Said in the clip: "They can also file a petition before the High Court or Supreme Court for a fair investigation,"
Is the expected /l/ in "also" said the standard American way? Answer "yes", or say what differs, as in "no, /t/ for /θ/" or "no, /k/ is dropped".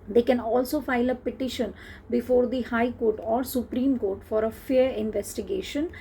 yes